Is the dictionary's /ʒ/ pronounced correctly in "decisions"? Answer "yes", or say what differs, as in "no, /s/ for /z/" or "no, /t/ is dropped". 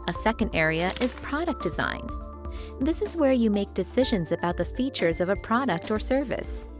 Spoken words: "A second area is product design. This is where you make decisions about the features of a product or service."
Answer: yes